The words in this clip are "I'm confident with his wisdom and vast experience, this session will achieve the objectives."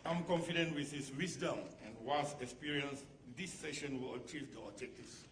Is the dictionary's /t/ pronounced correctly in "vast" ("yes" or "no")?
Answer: no